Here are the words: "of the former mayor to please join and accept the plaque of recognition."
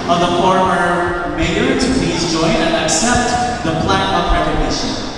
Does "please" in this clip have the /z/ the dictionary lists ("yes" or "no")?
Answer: yes